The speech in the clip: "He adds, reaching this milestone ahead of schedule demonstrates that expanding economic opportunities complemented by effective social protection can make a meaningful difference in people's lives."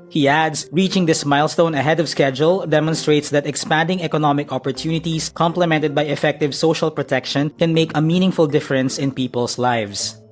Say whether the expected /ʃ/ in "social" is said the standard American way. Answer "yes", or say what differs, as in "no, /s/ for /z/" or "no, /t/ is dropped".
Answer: yes